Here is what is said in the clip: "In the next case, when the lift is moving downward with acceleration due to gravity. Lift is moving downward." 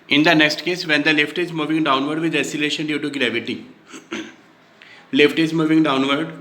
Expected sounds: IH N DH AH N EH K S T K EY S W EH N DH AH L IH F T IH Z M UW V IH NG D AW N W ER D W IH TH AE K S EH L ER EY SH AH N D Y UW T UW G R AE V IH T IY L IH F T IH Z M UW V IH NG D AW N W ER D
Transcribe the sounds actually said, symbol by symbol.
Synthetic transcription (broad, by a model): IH N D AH N EH K S T K EY S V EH N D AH L IH F T IH Z M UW V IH NG D AW N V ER D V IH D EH S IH L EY SH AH N D Y UW T UW G R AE V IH T IY L IH F T IH Z M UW V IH NG D AW N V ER D